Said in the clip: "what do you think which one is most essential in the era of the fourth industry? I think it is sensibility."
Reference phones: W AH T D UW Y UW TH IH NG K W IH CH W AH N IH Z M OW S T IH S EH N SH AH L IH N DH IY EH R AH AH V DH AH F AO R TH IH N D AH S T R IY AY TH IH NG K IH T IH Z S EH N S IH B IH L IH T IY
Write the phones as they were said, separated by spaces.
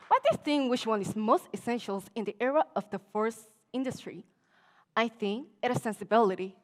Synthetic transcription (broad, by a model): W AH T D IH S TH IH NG W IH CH W AH N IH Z M OW S T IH S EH N SH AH L IH N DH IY EH R AH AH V DH AH F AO R S IH N D AH S T R IY AY TH IH NG K IH T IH S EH N S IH B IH L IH T IY